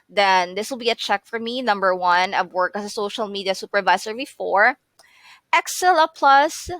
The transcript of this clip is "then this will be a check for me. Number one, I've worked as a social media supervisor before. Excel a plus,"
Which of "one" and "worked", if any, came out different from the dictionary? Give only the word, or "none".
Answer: worked